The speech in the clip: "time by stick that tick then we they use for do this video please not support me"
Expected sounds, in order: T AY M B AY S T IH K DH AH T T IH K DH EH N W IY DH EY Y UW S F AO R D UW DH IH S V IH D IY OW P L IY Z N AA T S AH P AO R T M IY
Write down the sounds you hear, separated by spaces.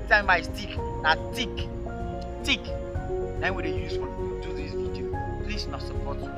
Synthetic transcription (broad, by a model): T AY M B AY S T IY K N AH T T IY K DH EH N W IY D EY Y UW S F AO L D UW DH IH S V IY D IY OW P L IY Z N AA T S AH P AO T